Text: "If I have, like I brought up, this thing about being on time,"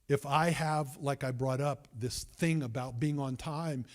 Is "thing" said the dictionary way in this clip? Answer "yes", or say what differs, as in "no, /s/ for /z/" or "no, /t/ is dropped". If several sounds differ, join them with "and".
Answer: yes